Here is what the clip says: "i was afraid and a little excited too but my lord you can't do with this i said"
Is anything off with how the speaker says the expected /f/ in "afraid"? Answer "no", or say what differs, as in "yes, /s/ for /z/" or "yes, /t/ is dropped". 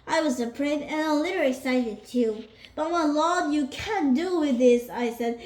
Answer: yes, /p/ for /f/